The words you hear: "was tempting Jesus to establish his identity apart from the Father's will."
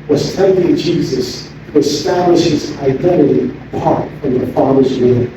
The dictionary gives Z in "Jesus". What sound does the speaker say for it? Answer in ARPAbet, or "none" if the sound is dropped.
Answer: Z